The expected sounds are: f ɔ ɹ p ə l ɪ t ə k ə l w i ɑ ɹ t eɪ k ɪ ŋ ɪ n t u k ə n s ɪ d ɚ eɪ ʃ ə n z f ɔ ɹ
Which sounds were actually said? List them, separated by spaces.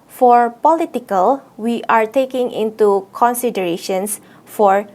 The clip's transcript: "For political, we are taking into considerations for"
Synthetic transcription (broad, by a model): f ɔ ɹ p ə l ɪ t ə k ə l w i ɑ ɹ t eɪ k ɪ ŋ ɪ n t u k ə n s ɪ d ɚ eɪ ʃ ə n s f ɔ ɹ